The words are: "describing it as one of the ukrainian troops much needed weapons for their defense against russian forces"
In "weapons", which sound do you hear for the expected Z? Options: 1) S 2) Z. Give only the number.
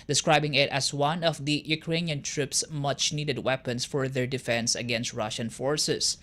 1